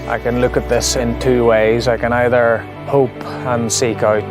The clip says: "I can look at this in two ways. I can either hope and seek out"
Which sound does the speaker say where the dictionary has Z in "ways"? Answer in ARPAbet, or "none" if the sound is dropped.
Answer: Z